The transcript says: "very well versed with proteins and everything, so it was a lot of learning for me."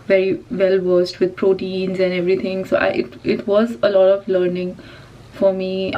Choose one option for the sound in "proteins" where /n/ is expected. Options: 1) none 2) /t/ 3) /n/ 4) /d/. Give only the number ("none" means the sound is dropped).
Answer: 3